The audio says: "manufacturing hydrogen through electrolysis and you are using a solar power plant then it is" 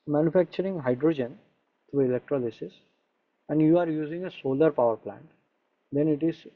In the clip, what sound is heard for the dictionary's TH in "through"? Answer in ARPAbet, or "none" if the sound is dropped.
T